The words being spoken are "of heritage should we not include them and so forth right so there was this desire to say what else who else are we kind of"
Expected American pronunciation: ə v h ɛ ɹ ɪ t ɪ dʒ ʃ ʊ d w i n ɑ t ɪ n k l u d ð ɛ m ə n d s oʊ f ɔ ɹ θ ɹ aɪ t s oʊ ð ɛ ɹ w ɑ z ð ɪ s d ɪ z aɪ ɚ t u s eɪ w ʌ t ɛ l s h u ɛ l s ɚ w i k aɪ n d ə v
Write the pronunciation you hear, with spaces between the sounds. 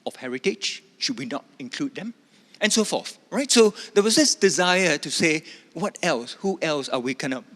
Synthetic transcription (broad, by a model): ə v h ɛ ɹ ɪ t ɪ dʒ ʃ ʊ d w i n ɑ t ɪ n k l u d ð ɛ m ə n s oʊ f ɔ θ ɹ aɪ t s oʊ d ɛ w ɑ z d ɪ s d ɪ z aɪ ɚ t u s eɪ w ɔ t ɛ l s h u ɛ l s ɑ w i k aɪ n ə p